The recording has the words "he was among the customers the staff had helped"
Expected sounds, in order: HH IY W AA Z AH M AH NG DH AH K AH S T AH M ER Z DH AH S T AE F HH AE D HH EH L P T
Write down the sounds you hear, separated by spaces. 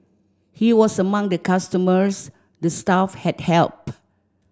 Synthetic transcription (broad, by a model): HH IY W AA S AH M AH NG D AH K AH S T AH M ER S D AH S T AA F HH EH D HH EH L P